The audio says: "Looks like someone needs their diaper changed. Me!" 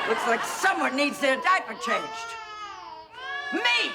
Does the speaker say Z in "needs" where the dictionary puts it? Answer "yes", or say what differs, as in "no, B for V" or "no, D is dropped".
yes